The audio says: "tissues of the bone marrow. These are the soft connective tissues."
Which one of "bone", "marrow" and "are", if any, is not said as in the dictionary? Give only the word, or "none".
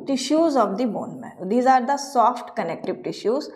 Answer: marrow